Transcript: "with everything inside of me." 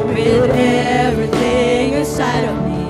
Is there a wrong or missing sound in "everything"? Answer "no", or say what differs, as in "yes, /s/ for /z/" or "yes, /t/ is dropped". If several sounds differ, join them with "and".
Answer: no